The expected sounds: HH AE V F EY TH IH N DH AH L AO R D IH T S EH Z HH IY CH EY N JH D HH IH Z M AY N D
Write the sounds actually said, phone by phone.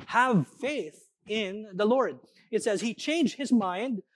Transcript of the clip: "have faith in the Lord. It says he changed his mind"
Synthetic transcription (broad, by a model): HH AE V F EY TH IH N DH AH L AO R D IH T S EH Z HH IY CH EY N JH D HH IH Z M AY N D